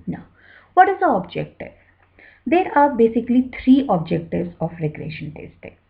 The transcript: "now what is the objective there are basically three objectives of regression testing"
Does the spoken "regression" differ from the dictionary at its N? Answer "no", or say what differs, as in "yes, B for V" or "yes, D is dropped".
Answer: no